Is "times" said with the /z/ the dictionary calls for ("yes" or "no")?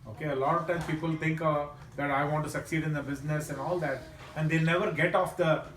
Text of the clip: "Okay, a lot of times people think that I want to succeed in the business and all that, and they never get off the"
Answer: no